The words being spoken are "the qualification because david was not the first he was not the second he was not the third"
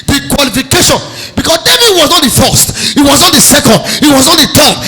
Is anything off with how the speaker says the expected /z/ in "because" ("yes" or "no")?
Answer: yes